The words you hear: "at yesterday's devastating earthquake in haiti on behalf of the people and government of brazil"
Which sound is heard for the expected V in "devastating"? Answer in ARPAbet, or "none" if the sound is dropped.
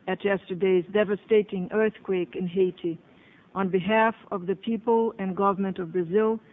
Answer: V